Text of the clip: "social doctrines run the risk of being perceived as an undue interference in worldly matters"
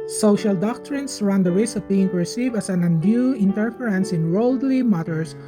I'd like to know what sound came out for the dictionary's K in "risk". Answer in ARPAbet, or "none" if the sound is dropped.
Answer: none